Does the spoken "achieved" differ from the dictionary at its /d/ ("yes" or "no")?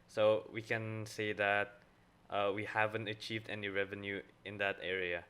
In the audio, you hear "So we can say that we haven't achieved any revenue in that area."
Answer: no